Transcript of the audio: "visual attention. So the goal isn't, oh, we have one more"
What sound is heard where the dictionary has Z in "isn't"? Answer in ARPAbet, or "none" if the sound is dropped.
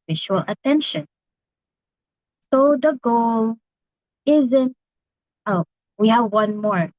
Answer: Z